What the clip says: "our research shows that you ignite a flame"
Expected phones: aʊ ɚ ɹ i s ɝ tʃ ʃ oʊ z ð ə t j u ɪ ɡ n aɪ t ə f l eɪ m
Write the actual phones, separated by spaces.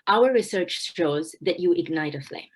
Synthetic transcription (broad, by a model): aʊ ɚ ɹ i s ɝ tʃ ʃ oʊ z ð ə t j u ɪ ɡ n aɪ t ə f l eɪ